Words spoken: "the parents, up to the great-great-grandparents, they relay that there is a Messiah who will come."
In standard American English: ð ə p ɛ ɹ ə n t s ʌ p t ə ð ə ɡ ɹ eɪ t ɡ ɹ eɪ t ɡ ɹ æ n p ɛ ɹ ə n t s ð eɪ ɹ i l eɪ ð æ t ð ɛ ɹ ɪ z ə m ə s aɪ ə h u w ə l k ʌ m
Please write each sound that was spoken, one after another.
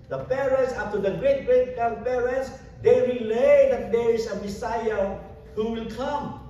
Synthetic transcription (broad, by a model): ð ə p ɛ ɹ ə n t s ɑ f t ə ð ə ɡ ɹ eɪ t ɡ ɹ eɪ t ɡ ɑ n p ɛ ɹ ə n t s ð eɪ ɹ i l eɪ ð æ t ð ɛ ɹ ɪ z ə m ə s aɪ ə h u w ə l k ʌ m